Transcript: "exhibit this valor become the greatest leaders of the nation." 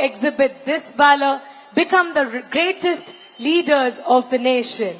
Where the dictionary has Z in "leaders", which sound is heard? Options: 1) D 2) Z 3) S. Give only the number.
2